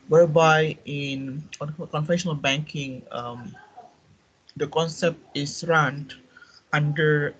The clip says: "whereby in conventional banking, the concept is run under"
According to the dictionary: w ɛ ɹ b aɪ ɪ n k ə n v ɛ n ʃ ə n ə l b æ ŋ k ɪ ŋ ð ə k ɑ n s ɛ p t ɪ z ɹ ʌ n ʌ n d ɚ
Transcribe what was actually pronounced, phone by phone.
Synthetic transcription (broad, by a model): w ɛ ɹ b aɪ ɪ n k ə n f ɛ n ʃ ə n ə l b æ ŋ k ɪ ŋ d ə k ɑ n s ɛ p t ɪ s ɹ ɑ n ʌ n d ɚ